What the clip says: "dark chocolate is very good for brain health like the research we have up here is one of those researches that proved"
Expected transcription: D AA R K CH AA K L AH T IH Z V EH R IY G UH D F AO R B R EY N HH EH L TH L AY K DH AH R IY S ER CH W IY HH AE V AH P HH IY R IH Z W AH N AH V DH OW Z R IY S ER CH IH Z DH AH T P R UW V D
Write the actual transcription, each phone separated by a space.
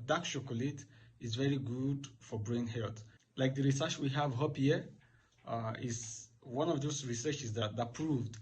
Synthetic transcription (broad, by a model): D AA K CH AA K L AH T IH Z V EH R IY G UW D F AO R B R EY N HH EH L T L AY K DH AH R IY S ER CH W IY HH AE V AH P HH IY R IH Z W AH N AH V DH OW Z R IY S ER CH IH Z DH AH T P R UW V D